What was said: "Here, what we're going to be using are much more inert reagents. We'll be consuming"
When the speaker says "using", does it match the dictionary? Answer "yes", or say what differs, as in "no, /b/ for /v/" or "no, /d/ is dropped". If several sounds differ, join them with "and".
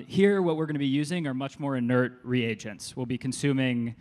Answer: yes